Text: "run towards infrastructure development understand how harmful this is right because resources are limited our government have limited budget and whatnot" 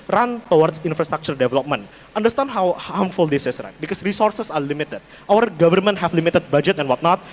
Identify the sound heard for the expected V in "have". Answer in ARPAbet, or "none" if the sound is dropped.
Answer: F